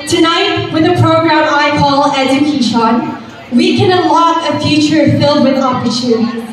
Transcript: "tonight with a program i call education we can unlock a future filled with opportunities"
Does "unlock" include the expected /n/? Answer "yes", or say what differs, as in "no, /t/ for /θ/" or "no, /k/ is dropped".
no, /n/ is dropped